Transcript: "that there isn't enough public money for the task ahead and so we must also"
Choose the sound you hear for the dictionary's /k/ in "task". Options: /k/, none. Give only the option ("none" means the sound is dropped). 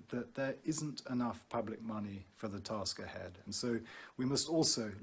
/k/